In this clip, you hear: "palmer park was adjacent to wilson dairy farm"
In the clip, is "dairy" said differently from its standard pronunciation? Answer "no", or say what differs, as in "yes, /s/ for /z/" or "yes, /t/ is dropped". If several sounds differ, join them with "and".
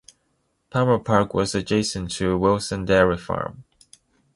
no